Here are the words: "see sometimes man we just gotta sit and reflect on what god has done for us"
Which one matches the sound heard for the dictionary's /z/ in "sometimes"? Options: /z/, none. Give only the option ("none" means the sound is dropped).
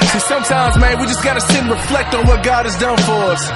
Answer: /z/